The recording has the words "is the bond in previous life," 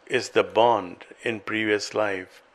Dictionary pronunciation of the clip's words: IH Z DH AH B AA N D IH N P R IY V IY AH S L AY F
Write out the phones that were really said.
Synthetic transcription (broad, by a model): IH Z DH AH B AA N D IH N P R IY V IY AH S L AY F